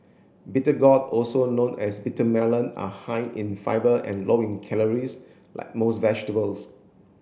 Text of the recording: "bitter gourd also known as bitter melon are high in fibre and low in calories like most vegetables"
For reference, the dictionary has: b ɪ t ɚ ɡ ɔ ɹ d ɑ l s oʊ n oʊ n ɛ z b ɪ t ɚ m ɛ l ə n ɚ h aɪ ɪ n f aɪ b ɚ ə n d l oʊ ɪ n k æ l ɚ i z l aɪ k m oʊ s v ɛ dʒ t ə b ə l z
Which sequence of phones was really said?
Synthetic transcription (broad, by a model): b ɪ t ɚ ɡ ɔ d ɑ l s oʊ n oʊ n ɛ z b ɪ t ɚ m ɛ l ə n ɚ h aɪ ɪ n f aɪ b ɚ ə n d l oʊ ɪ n k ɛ l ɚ i s l aɪ k m oʊ s v ɛ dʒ t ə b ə l s